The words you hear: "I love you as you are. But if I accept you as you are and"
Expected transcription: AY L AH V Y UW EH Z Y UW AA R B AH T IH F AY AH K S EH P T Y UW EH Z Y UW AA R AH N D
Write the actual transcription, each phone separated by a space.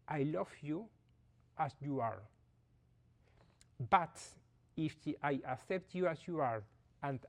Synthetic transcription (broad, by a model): AY L AH V Y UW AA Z Y UW AA R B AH T IH F AY AH K S EH P T Y UW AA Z Y UW AA R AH N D